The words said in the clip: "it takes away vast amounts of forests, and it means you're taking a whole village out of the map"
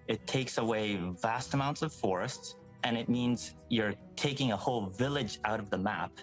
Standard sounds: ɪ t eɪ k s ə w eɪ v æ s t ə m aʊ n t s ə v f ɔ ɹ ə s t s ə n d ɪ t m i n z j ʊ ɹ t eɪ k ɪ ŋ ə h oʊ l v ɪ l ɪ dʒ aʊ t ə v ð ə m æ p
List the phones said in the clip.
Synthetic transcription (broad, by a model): ɪ t eɪ k s ə w eɪ v æ s t ə m aʊ n t s ə v f ɔ ɹ ə s t s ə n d ɪ t m i n z j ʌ ɹ t eɪ k ɪ ŋ ə h oʊ l v ɪ l ɪ dʒ aʊ t ə v ð ə m æ p